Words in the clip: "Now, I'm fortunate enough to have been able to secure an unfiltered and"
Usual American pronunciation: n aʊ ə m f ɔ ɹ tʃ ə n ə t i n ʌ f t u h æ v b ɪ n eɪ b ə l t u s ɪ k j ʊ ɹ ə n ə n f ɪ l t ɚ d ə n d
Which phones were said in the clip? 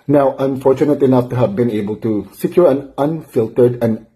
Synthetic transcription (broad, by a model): n aʊ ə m f ɔ ɹ tʃ ə n ə t i n ʌ f t u h æ v b ɪ n eɪ b ə l t u s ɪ k j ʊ ɹ ə n ə n f ɪ l t ɚ d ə n